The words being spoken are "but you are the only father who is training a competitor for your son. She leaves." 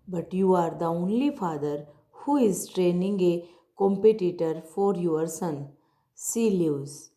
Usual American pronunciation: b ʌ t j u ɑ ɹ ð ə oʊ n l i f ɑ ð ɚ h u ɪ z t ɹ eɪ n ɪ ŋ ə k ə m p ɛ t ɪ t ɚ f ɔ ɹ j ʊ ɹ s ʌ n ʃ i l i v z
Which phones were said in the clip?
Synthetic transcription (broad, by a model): b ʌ t j u ɑ ɹ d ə oʊ n l i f ɑ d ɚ h u ɪ z t ɹ eɪ n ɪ ŋ ə k ə m p ɛ t ɪ t ɚ f ɔ ɹ j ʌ ɹ s ʌ n s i l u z